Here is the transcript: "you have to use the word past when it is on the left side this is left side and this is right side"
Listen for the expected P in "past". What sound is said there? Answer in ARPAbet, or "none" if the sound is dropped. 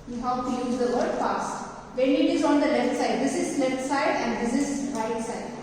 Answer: F